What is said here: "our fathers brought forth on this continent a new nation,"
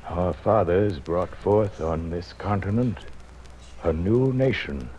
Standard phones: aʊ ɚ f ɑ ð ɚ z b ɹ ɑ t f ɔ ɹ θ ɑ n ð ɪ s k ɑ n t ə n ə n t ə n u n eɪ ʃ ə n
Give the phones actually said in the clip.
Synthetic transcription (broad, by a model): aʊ ɚ f ɑ ð ɚ z b ɹ ɑ t f ɔ ɹ θ n ð ɪ s k ɑ n t ə n ə n t ə n u n eɪ ʃ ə n